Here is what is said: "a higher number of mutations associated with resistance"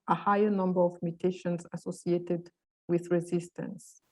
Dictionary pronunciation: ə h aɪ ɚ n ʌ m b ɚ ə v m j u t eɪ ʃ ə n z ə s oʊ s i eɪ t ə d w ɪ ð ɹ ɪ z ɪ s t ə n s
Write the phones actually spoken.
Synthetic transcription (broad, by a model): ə h aɪ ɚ n ʌ m b ɚ ə v m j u t eɪ ʃ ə n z ə s oʊ s i eɪ t ə d w ɪ ð ɹ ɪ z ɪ s t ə n s